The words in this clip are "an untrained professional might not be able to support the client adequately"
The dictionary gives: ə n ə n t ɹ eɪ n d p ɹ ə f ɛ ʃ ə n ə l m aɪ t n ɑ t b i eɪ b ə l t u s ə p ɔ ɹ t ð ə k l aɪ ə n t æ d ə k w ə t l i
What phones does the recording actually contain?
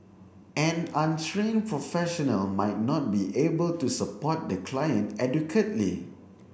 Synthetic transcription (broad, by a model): ə n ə n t ɹ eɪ n p ɹ ə f ɛ ʃ ə n ə l m aɪ t n ɑ t b i eɪ b ə l t u s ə p ɔ t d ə k l aɪ ə n t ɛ d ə k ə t l i